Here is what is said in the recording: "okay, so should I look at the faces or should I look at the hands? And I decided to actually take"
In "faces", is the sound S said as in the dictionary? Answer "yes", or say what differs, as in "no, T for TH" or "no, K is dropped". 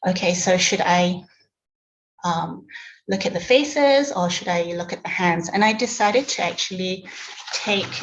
yes